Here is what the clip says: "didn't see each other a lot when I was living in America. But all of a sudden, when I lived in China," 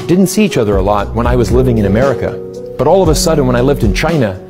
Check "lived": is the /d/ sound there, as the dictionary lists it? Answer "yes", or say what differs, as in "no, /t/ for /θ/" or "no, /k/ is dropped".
yes